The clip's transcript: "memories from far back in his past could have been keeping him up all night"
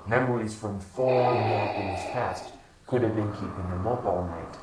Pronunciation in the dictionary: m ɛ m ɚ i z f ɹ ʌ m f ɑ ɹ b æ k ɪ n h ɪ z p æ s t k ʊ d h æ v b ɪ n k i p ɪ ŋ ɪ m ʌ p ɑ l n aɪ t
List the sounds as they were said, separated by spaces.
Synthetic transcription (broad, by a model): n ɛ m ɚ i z f ɹ ʌ m f ɑ ɹ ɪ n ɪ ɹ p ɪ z p æ s t k ʊ d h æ v b ɪ n k i p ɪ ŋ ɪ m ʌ b ɑ l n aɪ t